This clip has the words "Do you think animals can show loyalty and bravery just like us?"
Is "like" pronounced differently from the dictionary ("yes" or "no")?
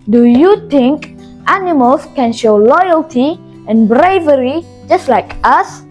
no